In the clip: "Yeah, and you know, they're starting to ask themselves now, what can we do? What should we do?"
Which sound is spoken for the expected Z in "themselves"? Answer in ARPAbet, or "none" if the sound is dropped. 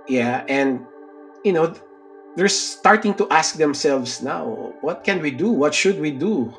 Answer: S